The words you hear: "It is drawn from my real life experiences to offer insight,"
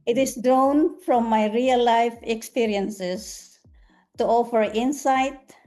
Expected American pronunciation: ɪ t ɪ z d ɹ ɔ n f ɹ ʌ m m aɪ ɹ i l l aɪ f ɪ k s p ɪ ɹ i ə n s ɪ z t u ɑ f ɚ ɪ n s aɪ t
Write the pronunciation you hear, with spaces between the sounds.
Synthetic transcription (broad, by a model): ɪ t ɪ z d ɹ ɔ n f ɹ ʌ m m aɪ ɹ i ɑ l aɪ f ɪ k s p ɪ ɹ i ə n s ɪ s t u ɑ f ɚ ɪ n s aɪ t